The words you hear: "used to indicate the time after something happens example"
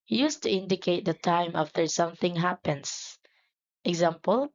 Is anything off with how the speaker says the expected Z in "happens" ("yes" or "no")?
yes